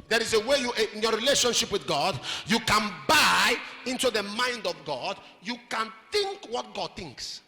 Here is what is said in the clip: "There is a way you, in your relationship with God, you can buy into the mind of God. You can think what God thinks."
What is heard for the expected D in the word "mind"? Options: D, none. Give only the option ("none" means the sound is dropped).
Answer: D